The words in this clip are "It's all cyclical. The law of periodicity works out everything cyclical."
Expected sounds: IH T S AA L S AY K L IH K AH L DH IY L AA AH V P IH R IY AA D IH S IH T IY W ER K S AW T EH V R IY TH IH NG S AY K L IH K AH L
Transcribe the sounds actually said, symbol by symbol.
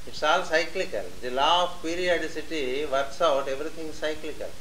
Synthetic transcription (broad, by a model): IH T S AA L S AY K L IH K AH L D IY L AA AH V P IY R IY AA D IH S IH T IY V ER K S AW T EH V R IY T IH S S AY K L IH K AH L